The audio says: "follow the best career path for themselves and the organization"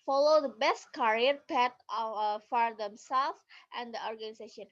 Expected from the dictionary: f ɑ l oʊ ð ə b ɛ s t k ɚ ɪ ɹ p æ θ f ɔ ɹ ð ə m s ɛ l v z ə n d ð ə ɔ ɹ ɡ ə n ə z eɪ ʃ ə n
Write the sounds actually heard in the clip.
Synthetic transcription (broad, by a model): f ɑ l oʊ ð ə b ɛ s t k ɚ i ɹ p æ t f ɔ ɹ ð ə m s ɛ l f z ə n d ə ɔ ɹ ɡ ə n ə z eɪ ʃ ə n